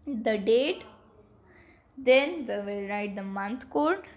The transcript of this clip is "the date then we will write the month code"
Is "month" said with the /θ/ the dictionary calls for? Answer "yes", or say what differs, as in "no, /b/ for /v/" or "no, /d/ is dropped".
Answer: no, /t/ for /θ/